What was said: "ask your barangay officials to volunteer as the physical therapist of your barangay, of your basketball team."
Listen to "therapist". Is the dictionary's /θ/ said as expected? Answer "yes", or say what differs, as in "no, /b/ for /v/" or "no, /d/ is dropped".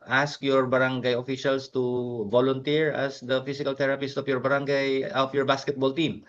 no, /t/ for /θ/